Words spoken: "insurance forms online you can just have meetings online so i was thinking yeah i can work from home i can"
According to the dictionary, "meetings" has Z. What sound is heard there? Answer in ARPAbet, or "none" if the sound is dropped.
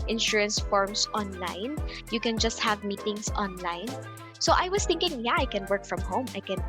S